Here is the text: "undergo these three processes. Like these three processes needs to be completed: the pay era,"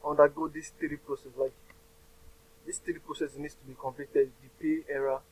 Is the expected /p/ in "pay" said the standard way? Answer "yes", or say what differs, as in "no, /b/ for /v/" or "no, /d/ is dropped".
yes